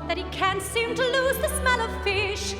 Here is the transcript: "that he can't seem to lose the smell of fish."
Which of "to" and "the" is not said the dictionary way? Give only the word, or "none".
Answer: none